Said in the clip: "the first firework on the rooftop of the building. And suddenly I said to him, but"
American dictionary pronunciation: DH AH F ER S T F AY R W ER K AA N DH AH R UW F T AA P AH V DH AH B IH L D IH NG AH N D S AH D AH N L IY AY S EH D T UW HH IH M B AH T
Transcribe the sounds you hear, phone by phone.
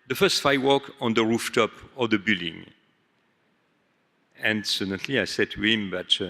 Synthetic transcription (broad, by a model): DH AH F ER S T F AY W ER K AA N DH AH R UW F T AA P AH V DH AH B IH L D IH NG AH N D S AH D AH N L IY AY S EH D T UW HH IH M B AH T